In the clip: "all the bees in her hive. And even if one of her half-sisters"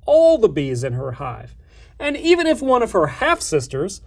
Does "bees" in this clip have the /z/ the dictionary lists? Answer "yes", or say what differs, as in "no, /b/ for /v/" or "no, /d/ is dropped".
yes